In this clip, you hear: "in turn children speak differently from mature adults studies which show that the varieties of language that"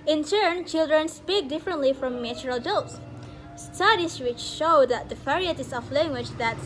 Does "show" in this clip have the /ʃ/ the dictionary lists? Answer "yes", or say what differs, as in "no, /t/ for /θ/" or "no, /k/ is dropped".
yes